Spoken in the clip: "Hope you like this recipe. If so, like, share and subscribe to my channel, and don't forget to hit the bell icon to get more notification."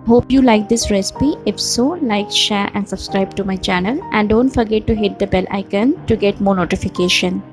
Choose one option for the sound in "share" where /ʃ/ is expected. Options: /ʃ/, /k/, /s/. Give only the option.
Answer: /ʃ/